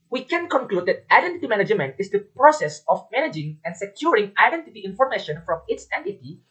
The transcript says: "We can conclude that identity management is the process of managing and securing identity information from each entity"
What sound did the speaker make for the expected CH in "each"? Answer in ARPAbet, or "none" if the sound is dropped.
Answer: S